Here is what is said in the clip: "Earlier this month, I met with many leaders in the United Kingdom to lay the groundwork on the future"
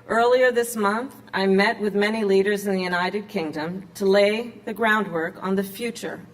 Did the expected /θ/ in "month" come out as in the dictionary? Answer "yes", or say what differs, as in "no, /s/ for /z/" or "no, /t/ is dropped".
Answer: yes